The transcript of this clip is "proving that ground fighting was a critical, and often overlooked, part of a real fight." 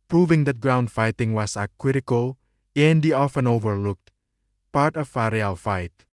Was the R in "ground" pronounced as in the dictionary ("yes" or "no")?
yes